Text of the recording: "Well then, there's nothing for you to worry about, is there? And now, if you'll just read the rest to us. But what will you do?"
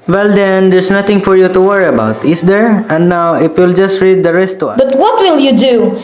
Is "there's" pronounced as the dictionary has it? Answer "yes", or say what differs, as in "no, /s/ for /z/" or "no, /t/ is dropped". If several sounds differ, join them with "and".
no, /s/ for /z/